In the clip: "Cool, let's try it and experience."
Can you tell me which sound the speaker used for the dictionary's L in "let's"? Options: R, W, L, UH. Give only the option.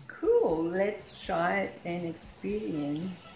L